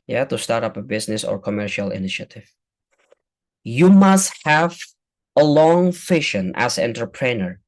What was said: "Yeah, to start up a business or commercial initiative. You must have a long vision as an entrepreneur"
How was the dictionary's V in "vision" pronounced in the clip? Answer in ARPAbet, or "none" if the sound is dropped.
F